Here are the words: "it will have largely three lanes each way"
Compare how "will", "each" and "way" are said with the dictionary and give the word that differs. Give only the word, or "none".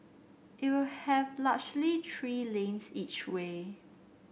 none